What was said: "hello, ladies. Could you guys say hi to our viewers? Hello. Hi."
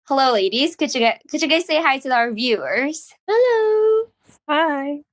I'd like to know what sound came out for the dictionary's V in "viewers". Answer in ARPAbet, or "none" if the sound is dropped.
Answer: V